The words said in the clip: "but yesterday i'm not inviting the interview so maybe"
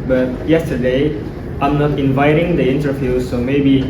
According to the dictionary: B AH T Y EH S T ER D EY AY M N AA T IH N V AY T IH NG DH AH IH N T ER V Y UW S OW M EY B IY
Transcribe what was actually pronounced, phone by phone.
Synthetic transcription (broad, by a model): B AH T Y EH S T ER D EY AY M N AA T IH N V AY T IH NG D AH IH N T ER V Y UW S OW M EY B IY